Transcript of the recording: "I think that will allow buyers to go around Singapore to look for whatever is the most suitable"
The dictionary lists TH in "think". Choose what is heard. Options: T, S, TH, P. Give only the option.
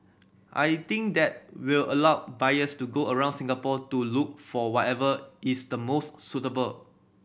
T